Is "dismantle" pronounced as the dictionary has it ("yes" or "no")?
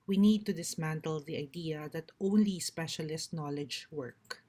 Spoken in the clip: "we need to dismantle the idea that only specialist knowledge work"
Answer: yes